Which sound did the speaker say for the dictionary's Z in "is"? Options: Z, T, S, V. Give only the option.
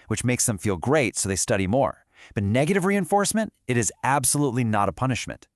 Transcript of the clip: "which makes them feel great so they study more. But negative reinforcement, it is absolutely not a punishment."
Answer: Z